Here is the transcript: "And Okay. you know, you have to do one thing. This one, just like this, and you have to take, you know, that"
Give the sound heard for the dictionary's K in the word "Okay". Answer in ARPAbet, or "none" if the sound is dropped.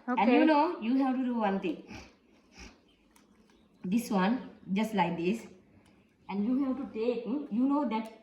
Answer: none